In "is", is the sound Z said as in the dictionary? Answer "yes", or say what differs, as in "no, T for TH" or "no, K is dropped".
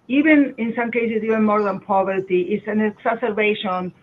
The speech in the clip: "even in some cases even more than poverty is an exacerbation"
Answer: no, S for Z